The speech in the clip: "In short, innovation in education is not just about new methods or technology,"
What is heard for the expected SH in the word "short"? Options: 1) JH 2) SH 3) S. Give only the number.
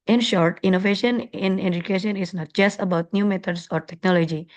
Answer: 2